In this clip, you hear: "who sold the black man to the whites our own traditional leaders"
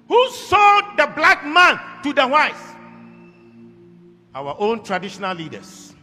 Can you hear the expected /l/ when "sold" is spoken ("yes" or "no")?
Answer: no